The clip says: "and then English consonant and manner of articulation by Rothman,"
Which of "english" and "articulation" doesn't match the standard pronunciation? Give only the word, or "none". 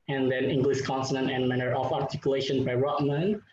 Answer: english